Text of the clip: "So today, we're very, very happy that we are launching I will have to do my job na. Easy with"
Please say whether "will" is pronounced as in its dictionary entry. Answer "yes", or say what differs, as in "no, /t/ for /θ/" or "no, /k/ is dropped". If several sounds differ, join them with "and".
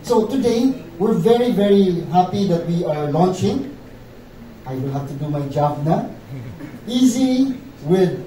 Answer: no, /n/ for /l/